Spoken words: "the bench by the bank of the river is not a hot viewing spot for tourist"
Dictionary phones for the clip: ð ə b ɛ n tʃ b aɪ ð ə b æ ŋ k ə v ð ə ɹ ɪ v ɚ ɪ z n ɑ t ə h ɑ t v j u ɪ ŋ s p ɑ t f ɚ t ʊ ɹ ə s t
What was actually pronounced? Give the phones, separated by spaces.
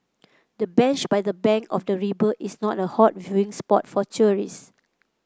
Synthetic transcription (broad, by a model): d ə b ɛ n tʃ b aɪ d ə b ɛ ŋ k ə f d ə ɹ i b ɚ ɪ s n ɑ t ə h ɑ t v j u ɪ ŋ s p ɑ t f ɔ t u ɹ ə s